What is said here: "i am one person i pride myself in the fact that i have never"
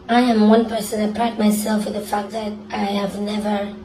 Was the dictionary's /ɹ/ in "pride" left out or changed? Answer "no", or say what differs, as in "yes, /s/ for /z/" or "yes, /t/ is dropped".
yes, /l/ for /ɹ/